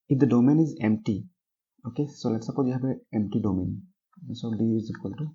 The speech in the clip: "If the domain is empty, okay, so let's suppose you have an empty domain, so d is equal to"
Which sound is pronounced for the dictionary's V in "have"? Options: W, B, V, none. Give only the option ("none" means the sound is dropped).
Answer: B